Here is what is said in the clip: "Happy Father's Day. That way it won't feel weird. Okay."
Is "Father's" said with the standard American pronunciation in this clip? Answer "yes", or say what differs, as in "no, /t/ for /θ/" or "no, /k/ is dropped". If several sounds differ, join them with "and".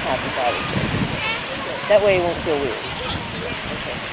no, /ð/ is dropped and /z/ is dropped